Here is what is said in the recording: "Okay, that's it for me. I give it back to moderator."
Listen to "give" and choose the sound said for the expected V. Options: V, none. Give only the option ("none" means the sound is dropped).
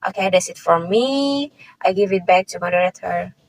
V